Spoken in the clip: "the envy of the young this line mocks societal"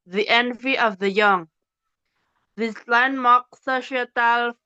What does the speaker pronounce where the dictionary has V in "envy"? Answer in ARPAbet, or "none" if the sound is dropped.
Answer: V